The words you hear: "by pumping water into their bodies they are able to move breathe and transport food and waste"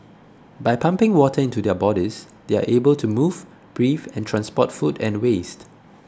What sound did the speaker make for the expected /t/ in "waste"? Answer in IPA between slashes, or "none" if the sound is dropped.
/t/